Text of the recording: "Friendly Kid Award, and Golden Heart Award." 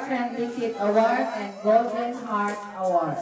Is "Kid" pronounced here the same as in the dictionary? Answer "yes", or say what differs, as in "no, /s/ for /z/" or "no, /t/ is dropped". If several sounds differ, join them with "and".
no, /d/ is dropped